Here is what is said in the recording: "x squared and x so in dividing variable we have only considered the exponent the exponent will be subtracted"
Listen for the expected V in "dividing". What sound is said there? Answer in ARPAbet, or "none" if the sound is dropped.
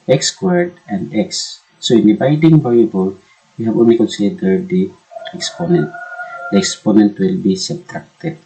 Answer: B